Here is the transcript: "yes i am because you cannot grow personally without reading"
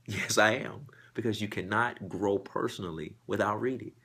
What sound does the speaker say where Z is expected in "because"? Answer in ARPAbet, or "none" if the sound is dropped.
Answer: Z